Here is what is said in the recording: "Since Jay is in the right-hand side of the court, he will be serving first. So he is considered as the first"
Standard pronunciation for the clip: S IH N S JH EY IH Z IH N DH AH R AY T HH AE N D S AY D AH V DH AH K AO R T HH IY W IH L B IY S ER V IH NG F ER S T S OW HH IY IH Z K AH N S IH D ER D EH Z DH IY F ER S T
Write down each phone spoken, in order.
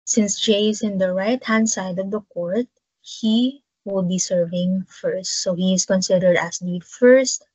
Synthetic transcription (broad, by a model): S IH N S JH EY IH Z IH N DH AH R AY T HH AE N D S AY D AH V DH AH K AO R T HH IY W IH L B IY S ER V IH NG F ER S T S OW HH IY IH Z K AH N S IH D ER D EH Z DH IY F ER S T